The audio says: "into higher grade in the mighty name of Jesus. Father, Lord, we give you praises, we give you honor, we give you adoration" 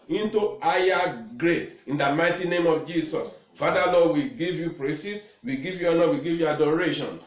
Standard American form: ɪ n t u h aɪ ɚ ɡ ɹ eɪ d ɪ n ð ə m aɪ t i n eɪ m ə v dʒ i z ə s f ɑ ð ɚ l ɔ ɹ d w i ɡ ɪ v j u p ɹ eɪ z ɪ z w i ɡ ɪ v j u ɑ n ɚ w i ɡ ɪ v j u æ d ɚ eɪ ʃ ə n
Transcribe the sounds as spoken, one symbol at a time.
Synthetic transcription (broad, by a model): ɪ n t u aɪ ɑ ɡ ɹ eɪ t ɪ n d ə m aɪ t i n eɪ m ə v dʒ i s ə s f ɑ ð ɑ l ɔ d w i ɡ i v j u p ɹ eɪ s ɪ s w i ɡ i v j u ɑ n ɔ w i ɡ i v j u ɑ d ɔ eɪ ʃ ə n